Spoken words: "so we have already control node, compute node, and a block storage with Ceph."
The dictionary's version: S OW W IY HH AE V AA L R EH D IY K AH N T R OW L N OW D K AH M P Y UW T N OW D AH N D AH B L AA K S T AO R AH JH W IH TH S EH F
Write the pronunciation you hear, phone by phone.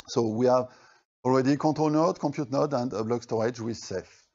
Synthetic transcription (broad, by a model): S OW W IY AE V AA L R EH D IY K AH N T OW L N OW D K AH P Y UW T N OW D AH N D AH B L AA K S T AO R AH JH W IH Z S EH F